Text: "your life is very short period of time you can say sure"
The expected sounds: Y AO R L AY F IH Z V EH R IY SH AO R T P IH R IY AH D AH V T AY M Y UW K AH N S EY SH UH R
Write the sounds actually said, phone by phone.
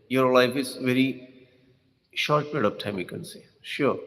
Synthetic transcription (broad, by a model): Y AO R L AY F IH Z V EH R IY SH AO R T P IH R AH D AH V T AY M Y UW K AH N S EY SH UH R